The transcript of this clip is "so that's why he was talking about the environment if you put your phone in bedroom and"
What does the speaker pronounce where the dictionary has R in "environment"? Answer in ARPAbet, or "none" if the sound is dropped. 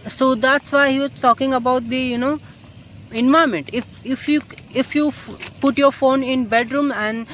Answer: none